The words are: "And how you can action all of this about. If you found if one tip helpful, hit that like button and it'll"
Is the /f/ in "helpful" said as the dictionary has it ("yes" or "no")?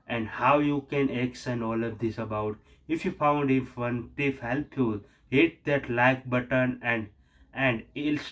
no